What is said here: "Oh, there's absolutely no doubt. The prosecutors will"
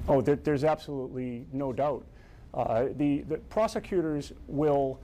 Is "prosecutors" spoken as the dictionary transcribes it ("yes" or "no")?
yes